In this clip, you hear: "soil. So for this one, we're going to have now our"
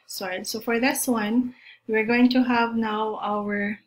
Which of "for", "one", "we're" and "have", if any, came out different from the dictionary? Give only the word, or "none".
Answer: none